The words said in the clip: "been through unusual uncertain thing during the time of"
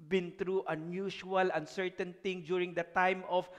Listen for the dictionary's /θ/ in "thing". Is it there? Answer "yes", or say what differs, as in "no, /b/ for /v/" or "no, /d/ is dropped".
no, /t/ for /θ/